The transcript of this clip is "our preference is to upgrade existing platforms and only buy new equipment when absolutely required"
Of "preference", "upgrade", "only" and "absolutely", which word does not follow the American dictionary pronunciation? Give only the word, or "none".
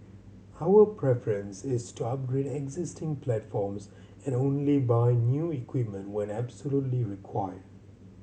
none